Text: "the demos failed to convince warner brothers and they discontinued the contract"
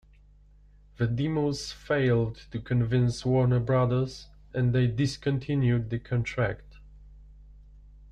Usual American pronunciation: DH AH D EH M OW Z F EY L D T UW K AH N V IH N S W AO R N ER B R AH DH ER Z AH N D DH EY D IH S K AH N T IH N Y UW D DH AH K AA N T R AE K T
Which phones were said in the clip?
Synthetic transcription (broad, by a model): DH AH D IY M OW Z F EY L D T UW K AH N V IH N S W AO R N ER B R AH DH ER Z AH N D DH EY D IH S K AH N T IH N Y UW D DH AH K AA N T R AE K T